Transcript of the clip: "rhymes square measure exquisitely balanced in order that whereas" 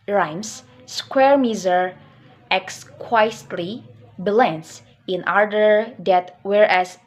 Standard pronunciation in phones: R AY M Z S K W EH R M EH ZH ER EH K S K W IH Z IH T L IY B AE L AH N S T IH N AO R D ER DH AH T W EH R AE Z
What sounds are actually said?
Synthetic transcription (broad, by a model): R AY M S S K W EH R M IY Z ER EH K S K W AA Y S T L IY B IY L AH N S IH N AO R D ER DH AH T W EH R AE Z